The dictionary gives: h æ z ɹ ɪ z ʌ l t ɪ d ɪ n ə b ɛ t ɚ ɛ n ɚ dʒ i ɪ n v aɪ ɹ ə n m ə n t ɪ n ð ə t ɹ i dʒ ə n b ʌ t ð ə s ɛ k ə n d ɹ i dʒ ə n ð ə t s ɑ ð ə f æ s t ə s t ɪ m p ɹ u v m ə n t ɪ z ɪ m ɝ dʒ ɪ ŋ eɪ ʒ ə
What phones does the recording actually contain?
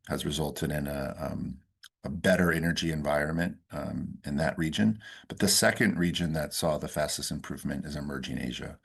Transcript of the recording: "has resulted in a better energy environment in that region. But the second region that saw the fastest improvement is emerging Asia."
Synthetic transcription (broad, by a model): h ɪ z ɹ ɪ z ʌ l t ɪ d ɪ n ə b ɛ t ɚ ɛ n ɚ dʒ i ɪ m v aɪ ɹ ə n m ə n t ɪ n ð ə t ɹ i dʒ ə n b ʌ t ð ə s ɛ k ə n d ɹ i dʒ ə n ð ə t s ɑ ð ə f æ s t ə s t ɪ m p ɹ u v m ə n t ɪ z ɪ m ɝ dʒ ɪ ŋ eɪ ʒ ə